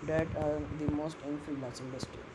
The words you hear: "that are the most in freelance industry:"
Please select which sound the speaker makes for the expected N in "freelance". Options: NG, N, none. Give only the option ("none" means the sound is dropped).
none